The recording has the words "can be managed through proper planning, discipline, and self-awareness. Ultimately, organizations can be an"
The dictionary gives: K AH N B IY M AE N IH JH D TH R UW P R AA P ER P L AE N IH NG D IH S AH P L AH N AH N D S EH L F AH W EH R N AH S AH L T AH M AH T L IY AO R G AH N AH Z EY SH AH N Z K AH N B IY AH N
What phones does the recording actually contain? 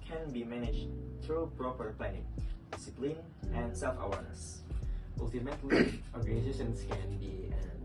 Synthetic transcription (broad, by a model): K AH N B IY M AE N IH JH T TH R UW P R AA P ER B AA IH D IH S AH P L AH N AH N D S EH L F AH W EH R N AH S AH L T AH M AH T L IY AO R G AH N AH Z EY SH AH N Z K AH N B IY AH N